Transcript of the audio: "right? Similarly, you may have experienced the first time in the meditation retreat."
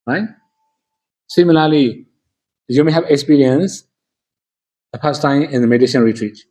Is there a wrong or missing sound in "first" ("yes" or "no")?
yes